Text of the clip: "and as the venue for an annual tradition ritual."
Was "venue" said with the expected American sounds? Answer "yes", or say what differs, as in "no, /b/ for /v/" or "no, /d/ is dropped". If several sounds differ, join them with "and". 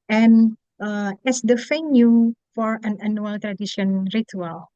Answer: no, /f/ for /v/